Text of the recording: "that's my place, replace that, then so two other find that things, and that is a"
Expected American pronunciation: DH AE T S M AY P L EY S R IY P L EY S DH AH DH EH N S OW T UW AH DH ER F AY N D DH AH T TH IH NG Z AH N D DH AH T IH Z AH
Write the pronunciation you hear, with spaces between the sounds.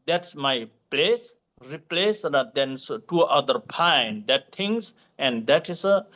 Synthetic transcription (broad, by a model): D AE T S M AY P L EY S R IY P L EY S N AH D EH N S T UW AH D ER P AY N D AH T T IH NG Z AH N D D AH T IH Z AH